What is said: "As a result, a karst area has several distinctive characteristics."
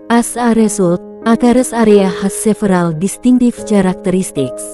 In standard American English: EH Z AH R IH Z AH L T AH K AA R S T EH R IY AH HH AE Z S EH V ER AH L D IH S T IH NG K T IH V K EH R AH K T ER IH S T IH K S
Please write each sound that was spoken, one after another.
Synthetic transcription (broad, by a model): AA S AH R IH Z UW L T AH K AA R S AA R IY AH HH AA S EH F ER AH L D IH S T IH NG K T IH F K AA R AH K T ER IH S T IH K S